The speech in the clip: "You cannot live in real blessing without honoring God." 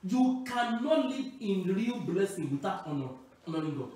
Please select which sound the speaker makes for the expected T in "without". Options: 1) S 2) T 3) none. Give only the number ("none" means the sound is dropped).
3